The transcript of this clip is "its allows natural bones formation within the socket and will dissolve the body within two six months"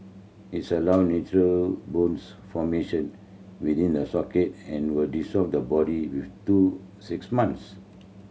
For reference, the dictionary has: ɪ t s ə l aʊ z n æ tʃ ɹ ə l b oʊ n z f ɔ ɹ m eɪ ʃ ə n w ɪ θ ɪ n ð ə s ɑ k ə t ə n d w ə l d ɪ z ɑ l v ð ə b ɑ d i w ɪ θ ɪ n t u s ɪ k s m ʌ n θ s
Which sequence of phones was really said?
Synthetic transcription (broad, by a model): ɪ t s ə l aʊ n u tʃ ɹ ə l b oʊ n s f ɔ m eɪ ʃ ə n w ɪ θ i n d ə s ɑ k ə t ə n w ə l d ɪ s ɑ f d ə b ɑ d i w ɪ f t u s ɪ k s m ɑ n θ s